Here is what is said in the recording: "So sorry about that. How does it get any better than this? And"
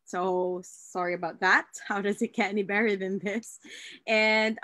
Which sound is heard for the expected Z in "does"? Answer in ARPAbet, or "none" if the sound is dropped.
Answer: Z